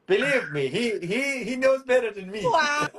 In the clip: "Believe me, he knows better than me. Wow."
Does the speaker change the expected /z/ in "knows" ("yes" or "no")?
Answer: no